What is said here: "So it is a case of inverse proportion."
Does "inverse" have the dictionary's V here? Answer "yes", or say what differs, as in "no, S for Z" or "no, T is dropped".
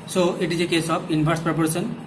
no, B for V